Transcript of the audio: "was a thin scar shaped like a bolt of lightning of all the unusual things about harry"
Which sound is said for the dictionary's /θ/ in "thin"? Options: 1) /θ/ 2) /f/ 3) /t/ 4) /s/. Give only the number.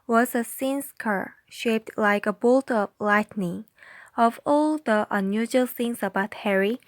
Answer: 4